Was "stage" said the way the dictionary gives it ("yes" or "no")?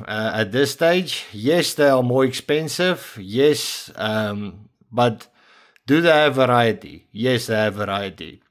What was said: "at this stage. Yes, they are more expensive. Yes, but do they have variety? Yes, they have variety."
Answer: yes